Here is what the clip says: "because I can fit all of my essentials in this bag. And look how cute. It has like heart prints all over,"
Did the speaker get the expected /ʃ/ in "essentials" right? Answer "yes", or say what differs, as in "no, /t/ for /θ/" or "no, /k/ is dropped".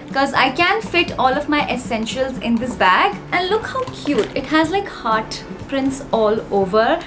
yes